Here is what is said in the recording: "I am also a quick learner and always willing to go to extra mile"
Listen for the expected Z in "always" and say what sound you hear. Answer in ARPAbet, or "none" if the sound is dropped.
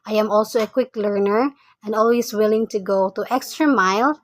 S